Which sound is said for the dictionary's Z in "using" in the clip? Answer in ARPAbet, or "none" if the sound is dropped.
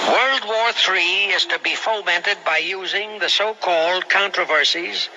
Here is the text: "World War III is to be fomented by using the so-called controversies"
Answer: Z